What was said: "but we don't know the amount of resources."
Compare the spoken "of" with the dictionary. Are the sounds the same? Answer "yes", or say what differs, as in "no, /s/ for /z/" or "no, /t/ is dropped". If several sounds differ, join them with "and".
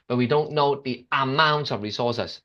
yes